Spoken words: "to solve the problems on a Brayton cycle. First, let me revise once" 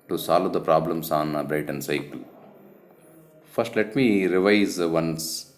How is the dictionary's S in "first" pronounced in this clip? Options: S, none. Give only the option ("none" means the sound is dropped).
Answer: S